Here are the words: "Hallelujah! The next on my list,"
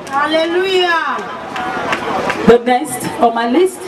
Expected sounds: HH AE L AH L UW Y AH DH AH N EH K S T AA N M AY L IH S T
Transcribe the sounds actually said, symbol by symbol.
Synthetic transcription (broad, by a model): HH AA L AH L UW Y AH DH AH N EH S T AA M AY L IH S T